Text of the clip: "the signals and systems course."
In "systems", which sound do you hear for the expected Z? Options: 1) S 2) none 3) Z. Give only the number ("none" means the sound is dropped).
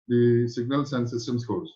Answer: 1